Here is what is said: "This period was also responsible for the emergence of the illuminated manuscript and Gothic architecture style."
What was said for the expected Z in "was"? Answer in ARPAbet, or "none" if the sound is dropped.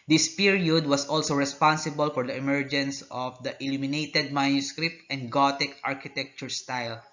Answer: S